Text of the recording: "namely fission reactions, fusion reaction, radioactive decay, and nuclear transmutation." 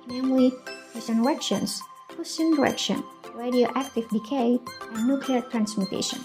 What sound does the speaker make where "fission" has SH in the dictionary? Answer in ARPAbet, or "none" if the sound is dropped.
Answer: S